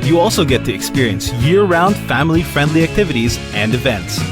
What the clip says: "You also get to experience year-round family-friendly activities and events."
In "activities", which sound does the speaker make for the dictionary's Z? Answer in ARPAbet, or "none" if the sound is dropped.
Z